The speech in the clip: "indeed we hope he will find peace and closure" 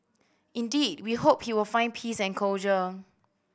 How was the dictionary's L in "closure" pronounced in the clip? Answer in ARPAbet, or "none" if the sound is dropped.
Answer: none